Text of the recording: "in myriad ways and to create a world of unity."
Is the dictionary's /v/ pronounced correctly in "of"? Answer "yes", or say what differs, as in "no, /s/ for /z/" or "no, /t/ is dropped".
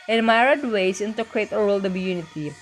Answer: no, /b/ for /v/